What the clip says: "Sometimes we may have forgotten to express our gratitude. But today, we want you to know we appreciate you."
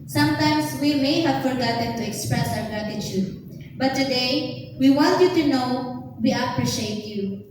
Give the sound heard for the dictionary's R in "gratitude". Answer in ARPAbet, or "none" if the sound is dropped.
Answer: none